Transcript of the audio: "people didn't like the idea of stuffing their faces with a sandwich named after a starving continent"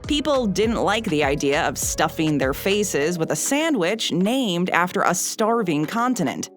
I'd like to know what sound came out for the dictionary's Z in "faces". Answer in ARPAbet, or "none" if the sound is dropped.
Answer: Z